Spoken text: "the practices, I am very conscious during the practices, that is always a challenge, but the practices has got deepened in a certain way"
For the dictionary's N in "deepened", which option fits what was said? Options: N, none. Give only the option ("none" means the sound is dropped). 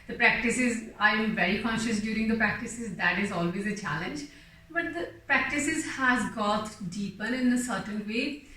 none